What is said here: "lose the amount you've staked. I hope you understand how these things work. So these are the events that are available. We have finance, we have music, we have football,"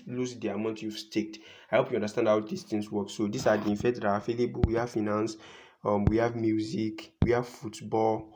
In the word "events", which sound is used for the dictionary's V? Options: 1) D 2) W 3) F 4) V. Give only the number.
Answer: 3